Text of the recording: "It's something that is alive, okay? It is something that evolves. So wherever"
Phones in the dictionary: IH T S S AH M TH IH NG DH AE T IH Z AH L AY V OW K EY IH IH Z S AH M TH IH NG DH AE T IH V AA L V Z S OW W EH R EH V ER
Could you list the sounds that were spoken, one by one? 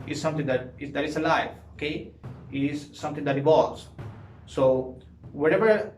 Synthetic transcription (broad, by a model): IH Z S S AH M T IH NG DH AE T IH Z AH L AY F OW K EY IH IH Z S AH M T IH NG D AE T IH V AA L Z S OW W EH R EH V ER